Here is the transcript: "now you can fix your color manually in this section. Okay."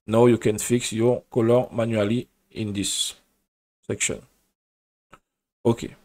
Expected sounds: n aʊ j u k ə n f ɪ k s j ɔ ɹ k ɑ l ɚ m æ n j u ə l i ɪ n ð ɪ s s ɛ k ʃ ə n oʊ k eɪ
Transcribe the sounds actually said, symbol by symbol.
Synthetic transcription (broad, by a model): n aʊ j u k ə n f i k s j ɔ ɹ k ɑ l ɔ m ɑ n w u l i ɪ n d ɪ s s ɛ k ʃ ə n oʊ k eɪ